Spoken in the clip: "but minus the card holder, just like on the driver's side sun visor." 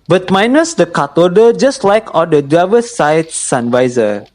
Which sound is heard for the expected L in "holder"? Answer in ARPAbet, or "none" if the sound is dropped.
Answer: none